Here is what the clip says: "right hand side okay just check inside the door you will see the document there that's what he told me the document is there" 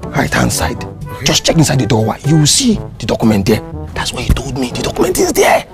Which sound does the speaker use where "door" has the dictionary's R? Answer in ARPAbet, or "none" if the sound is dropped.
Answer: W